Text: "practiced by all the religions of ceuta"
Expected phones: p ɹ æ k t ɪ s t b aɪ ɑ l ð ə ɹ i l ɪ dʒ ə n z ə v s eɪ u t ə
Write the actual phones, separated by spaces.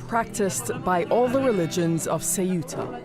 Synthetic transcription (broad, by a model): p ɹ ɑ k t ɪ s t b aɪ ɑ l ð ə ɹ i l ɪ dʒ ə n z ə v s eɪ u t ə